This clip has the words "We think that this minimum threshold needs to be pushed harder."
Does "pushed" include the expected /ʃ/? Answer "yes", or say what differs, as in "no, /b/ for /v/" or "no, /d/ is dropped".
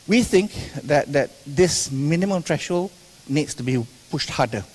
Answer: yes